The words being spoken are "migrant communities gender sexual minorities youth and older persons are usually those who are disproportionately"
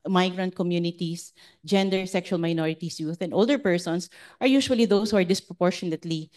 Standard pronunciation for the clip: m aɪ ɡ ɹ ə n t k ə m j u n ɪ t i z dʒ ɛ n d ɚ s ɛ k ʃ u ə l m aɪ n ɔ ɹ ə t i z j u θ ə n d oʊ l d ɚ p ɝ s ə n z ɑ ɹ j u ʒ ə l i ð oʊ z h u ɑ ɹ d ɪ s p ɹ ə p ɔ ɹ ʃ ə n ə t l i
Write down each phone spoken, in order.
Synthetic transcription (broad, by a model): m aɪ ɡ ɹ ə n t k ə m j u n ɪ t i s dʒ ɛ n d ɚ s ɛ k ʃ u ə l m aɪ n ɔ ɹ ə t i s j u θ ə n d oʊ l d ɚ p ɝ s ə n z ɑ ɹ j u ʃ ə l i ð oʊ s h u ɑ ɹ d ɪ s p ɹ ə p ɔ ɹ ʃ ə n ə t l i